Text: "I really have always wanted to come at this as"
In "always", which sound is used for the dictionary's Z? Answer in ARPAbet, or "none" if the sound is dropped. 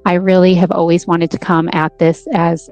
Z